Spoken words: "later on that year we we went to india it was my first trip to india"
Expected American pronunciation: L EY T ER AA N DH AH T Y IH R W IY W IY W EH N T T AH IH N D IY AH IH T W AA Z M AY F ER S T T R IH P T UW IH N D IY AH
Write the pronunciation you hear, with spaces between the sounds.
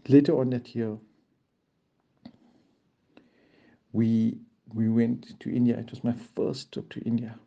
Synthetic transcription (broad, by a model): L EY T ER AA N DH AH T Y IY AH W IY W IY W EH N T T IH N D IY AH IH T W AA S M AY F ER S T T AO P T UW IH N D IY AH